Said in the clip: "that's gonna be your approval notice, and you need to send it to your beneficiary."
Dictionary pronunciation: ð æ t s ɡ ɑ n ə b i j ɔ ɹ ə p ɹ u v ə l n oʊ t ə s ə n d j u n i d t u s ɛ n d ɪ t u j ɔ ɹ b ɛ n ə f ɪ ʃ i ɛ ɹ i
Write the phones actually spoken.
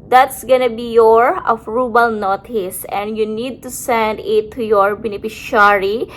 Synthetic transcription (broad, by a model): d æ t s ɡ ɑ n ə b i j ɔ ɹ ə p ɹ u b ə l n oʊ t ə s ə n d j u n i d t u s ɛ n d ɪ t u j ɔ ɹ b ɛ n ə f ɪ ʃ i ɹ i